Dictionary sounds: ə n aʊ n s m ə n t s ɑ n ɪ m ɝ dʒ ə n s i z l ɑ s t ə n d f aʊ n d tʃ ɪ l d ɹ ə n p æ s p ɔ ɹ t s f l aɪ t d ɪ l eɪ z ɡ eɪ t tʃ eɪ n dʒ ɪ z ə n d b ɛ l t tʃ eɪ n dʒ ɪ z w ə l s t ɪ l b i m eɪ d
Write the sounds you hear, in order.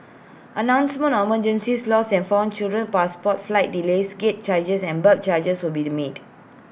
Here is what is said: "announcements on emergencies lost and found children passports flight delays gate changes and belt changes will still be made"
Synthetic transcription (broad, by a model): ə n aʊ n s m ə n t ɑ m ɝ dʒ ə n s i s l ɑ s ə n f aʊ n tʃ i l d ɹ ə n p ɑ s p ɔ t f l aɪ t d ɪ l eɪ s ɡ eɪ t tʃ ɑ dʒ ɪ s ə n b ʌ t tʃ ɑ dʒ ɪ s w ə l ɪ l b i m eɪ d